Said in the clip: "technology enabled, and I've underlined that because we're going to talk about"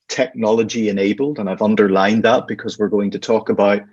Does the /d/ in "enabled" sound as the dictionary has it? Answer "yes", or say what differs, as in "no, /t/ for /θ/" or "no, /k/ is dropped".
yes